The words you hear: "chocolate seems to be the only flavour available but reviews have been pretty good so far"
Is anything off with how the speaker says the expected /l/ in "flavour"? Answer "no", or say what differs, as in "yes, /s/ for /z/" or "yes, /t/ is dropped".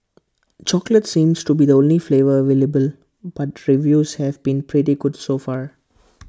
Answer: no